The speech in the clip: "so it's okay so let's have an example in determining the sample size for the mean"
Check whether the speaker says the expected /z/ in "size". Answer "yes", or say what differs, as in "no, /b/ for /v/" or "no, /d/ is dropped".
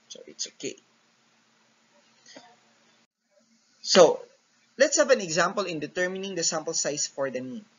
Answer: no, /s/ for /z/